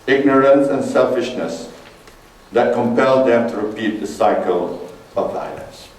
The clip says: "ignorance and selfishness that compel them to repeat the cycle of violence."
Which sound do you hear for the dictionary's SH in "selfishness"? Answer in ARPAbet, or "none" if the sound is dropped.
SH